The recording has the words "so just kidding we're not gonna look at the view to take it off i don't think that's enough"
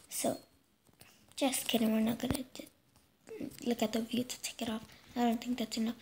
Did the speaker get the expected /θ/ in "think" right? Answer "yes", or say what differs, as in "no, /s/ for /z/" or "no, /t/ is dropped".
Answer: no, /t/ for /θ/